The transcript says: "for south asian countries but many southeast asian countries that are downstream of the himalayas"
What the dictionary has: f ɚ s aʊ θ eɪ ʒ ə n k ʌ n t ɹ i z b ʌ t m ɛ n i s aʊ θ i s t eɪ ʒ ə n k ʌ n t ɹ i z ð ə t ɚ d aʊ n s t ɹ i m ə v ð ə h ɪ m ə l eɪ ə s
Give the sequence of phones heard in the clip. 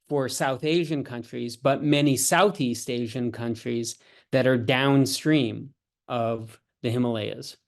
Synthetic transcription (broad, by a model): f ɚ s aʊ θ eɪ ʒ ə n k ʌ n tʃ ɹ i z b ʌ t m ɛ n i s aʊ θ i s t eɪ ʒ ə n k ʌ n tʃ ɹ i z ð ə t ɚ d aʊ n s t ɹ i m ə v ð ə h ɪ m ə l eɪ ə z